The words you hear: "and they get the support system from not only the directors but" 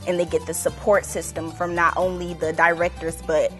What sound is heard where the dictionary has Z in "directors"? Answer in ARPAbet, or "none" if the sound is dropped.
Z